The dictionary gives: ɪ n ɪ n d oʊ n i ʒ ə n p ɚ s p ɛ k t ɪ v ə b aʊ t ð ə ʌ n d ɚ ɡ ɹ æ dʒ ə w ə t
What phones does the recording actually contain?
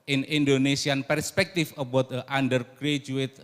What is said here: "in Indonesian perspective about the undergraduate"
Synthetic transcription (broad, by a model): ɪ n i n d oʊ n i s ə n p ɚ s p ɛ k t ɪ f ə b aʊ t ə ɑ n d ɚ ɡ ɹ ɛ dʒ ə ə t